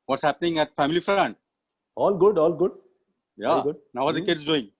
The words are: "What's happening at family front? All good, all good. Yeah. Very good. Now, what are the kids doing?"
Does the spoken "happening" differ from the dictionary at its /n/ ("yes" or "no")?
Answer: no